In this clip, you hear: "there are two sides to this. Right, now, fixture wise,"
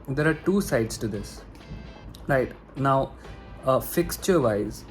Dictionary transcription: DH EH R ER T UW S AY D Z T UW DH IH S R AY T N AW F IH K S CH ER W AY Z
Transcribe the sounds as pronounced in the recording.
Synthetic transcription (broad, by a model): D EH R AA T UW S AY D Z T UW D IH S R AY T N AW F IH K S CH ER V AY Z